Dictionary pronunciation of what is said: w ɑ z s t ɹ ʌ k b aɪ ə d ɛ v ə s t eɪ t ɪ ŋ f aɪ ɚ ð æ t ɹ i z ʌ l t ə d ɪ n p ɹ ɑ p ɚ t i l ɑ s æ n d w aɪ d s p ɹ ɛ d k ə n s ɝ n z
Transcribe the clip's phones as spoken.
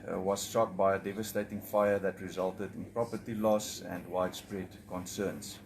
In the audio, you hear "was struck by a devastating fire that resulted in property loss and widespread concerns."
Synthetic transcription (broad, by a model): w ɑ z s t ɔ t b aɪ ə d ɛ v ə s t eɪ t ɪ ŋ f aɪ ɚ ð æ t ɹ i z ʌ l t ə d ɪ n p ɹ ɑ p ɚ t i l ɑ s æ n d w aɪ d s p ɹ ɛ d k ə n s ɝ n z